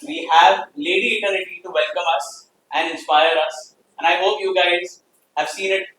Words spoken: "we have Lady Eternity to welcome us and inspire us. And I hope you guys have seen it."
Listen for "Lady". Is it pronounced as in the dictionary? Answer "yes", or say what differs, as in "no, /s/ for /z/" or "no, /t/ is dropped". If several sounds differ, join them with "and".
yes